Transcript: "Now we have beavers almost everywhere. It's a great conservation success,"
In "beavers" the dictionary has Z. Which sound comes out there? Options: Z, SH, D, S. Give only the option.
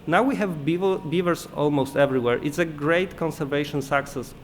S